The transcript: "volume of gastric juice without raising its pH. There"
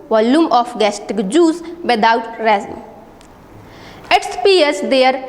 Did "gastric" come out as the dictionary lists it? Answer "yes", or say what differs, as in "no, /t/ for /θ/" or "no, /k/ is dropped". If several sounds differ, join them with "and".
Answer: no, /ɹ/ is dropped